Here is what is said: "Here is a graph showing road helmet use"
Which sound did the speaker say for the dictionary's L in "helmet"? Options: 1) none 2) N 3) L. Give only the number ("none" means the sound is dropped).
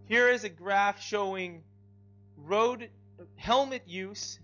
3